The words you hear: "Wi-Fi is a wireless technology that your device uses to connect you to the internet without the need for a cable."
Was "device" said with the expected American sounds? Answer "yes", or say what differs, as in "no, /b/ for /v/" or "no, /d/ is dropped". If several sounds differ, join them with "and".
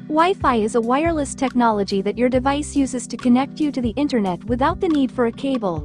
yes